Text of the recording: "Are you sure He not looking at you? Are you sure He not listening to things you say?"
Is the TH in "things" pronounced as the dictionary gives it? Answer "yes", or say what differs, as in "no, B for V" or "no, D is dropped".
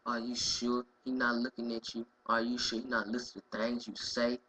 no, T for TH